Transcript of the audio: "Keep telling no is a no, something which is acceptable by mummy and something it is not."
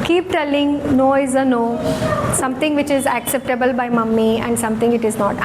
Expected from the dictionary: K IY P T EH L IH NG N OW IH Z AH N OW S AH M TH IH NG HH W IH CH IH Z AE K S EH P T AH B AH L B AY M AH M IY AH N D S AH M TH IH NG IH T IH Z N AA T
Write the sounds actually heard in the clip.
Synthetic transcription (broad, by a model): K IY P T EH L IH NG N OW IH Z AH N OW S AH M T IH NG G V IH CH IH Z AE K S EH P T AH B AH L B AY M AH M IY AH N D S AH M T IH NG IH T IH Z N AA T